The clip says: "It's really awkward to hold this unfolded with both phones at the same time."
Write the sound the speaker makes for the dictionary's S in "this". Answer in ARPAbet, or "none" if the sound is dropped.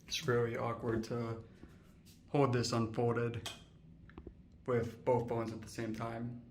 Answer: S